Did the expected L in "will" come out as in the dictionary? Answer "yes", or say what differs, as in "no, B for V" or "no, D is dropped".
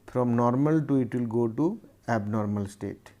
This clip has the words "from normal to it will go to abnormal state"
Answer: yes